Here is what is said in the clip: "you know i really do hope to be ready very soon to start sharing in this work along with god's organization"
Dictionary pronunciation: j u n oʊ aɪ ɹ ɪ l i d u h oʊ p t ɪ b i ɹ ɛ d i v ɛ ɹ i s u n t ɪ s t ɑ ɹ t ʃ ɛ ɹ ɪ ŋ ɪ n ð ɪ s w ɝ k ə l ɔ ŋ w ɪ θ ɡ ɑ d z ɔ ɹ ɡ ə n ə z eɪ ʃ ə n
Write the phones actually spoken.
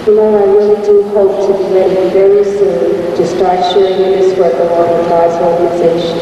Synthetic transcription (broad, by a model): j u n oʊ aɪ ɹ ɪ l i d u h oʊ p t ɪ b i l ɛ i v ɛ ɹ i s u n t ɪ s t ɑ ɹ t ʃ ɛ ɹ ɪ ŋ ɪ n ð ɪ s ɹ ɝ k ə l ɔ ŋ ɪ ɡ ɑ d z ɔ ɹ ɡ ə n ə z eɪ ʃ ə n